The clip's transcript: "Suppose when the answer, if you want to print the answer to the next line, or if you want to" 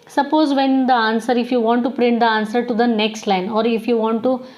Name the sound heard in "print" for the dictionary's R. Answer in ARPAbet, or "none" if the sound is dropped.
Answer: R